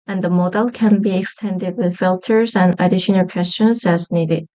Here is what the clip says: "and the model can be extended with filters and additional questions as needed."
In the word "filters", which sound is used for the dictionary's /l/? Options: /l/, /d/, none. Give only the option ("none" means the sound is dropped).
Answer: /l/